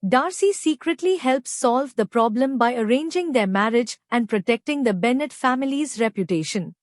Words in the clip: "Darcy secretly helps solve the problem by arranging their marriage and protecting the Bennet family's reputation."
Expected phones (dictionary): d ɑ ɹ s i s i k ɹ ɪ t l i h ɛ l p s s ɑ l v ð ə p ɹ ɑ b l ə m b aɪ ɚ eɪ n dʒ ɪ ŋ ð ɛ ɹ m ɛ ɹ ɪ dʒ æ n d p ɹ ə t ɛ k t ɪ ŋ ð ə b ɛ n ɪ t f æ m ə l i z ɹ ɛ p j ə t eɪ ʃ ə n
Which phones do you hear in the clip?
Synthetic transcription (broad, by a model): d ɑ ɹ s i s i k ɹ ɪ t l i h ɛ l p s s ɑ l v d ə p ɹ ɑ b l ə m b aɪ ɚ eɪ n dʒ ɪ ŋ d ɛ ɹ m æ ɹ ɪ dʒ æ n d p ɹ ə t ɛ k t ɪ ŋ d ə b ɛ n ɪ t f æ m ə l i z ɹ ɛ p j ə t eɪ ʃ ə n